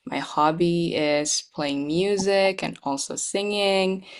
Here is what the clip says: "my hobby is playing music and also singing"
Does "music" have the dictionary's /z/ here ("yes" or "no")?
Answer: yes